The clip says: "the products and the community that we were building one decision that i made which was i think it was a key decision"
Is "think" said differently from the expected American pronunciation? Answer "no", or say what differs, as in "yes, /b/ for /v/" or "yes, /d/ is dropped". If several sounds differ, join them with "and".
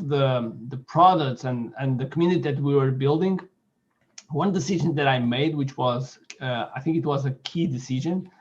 no